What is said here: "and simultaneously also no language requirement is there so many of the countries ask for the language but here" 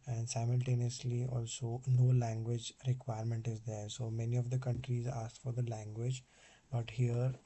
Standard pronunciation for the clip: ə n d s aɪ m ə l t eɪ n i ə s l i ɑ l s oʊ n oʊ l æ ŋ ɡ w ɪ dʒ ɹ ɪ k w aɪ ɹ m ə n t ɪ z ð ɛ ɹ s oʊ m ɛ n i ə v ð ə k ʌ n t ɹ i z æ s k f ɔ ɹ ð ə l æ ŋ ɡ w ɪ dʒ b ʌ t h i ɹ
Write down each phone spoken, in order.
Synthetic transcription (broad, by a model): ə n d s aɪ m ə l t eɪ n i ə s l i ɑ l s oʊ n oʊ l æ ŋ ɡ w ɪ dʒ ɹ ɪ k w aɪ ɹ m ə n t ɪ z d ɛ ɹ s oʊ m ɛ n i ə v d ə k ʌ n t ɹ i z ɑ s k f ɔ ɹ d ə l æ ŋ ɡ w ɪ dʒ b ʌ t h i ɹ